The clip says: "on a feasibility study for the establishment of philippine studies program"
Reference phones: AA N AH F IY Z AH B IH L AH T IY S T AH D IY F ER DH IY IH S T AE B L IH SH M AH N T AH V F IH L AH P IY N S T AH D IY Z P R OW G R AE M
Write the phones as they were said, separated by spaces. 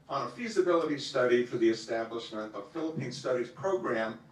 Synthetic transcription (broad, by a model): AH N AH F IY Z AH B IH L AH T IY S T AH D IY F ER DH IY IH S T AE B L IH SH M AH N T AH V F IH L AH P IY N S T AH D IY Z P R OW G R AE M